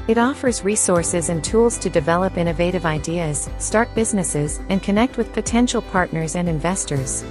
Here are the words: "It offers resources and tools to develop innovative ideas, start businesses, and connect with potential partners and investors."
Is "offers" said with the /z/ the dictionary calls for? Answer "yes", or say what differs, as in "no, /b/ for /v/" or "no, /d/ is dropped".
yes